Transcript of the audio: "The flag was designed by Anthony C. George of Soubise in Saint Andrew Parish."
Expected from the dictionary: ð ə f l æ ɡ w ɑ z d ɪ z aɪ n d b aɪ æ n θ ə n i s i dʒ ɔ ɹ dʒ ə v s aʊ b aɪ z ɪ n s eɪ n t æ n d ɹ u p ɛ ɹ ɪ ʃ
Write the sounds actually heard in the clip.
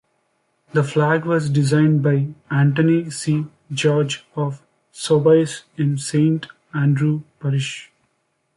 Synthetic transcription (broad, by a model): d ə f l æ ɡ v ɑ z d ɪ z aɪ n d b aɪ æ n t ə n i s i dʒ ɔ ɹ dʒ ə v s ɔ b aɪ s ɪ n s eɪ n t æ n d ɹ u p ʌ ɹ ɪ ʃ